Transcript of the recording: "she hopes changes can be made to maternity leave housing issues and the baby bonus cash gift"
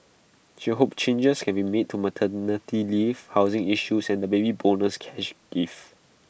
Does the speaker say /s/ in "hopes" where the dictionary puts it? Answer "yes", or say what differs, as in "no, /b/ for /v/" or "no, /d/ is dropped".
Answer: no, /s/ is dropped